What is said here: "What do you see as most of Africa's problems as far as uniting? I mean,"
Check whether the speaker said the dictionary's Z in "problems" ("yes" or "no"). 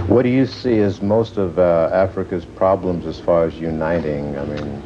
yes